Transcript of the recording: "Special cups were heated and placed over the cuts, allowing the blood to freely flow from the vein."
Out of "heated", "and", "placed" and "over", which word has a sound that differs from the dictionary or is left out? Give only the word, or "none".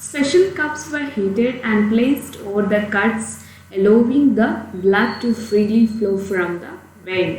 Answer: none